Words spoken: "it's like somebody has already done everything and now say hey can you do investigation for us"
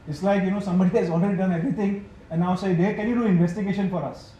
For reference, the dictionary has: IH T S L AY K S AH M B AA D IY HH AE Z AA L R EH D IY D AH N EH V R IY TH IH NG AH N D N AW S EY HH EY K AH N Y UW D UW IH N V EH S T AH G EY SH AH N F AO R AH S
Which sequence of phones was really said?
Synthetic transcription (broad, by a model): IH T S L AY K S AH M B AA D IY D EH S AA L R EH D IY D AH N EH V R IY T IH NG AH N N AW S EY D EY K AH N Y UW D UW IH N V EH S T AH G EY SH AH N F AO R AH S